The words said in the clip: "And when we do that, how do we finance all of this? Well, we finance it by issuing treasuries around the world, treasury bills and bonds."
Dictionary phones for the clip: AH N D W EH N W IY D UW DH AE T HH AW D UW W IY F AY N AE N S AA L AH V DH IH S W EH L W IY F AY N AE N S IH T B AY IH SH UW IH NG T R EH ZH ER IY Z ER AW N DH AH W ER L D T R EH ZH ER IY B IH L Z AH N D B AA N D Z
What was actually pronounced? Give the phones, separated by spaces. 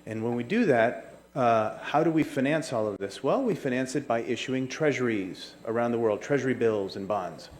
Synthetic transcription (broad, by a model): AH N W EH N W IY D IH DH AE T HH AW D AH W IY F AY N AE N S AA L AH V DH IH S W EH L W IY F AY N AE N S IH T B AY IH SH UW IH NG T R EH ZH ER IY Z ER AW N DH AH W ER L D T R EH ZH ER IY B IH L Z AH N B AA N D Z